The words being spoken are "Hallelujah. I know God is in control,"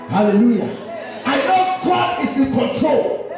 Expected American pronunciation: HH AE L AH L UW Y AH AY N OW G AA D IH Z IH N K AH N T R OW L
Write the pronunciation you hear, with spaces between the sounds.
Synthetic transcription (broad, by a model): HH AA L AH L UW Y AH AY N OW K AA IH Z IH K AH N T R OW L